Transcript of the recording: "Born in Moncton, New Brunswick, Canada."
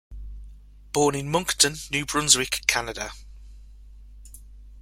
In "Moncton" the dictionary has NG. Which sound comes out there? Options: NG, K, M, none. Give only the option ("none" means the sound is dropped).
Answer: NG